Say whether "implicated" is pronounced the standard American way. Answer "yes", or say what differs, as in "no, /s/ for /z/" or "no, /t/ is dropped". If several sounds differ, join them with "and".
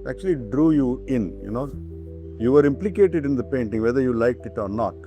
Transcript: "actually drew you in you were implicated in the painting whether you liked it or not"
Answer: yes